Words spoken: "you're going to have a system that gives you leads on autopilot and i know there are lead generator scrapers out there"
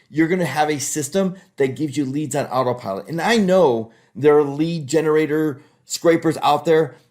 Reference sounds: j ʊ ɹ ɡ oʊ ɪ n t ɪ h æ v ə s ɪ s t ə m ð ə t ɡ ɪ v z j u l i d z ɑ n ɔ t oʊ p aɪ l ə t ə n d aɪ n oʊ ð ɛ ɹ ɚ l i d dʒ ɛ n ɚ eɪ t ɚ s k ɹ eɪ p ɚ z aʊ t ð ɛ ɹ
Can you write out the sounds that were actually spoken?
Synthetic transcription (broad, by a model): j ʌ ɹ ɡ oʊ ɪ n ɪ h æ v ə s ɪ s t ə m ð ə t ɡ ɪ v z j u l i d z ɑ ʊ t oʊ p aɪ l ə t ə n aɪ n oʊ ð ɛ ɹ l i d dʒ ɛ n ɚ eɪ t ɚ s k ɹ eɪ p ɚ z aʊ t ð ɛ ɹ